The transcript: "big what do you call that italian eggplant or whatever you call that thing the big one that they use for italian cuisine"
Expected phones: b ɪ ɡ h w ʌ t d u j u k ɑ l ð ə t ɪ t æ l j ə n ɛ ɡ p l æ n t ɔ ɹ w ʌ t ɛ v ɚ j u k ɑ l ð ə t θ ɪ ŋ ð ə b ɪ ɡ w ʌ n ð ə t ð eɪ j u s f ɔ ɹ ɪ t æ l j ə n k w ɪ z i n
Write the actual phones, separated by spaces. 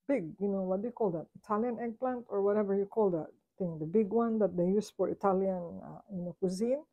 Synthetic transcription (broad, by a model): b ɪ ɡ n w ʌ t d u j u k ɑ l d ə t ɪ t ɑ l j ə n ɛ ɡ p l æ n t ɔ ɹ w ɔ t ɛ v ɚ j u k ɑ l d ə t t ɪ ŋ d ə b ɪ ɡ w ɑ n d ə t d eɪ j u s f ɔ ɹ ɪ t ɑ l j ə n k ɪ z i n